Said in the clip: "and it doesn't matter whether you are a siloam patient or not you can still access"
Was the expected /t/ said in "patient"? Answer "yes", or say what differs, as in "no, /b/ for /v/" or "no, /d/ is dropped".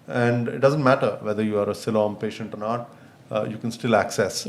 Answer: yes